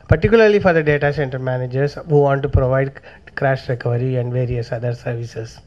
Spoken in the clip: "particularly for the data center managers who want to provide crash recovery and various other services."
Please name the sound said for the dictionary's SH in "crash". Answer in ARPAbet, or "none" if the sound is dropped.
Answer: SH